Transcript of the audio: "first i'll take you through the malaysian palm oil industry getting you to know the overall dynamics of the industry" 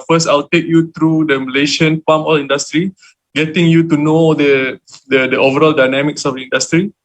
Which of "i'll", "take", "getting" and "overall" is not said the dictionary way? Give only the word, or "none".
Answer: none